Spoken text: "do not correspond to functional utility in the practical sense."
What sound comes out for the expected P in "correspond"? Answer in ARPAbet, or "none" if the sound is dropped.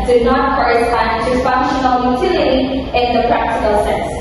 none